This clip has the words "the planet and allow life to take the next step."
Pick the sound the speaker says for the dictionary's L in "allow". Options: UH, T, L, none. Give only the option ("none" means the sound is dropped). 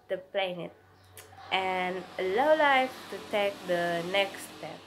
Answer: none